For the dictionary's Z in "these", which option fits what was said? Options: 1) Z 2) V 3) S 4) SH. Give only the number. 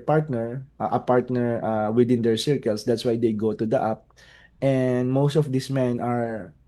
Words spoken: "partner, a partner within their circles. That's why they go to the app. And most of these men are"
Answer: 3